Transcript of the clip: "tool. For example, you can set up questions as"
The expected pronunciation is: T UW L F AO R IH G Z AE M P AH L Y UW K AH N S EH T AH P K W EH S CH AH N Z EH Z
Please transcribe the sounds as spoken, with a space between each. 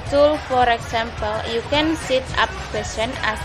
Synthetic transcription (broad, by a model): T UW L F AO R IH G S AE M P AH L Y UW K AH N S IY T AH P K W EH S AH N EH